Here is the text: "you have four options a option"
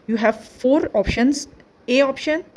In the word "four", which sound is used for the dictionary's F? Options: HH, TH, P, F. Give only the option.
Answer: F